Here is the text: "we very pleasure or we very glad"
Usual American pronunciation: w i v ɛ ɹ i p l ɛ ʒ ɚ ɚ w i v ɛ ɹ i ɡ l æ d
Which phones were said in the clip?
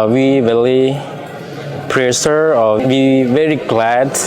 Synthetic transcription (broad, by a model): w i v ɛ l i p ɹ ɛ ʃ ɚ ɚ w i v ɛ ɹ i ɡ l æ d